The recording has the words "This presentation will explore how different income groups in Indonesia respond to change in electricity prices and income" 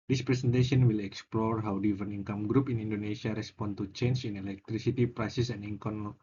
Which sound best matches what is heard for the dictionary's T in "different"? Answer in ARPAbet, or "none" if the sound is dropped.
none